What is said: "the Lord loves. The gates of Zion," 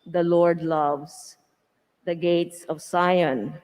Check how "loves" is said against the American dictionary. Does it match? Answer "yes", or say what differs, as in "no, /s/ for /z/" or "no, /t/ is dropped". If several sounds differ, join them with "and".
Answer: no, /s/ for /z/